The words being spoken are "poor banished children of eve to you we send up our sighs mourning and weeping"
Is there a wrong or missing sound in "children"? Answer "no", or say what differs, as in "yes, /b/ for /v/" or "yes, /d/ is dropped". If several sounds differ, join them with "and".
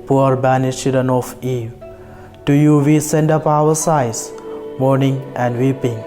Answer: yes, /l/ is dropped